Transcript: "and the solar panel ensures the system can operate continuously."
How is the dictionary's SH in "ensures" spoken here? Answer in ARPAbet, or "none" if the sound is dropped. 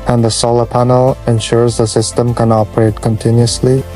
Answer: SH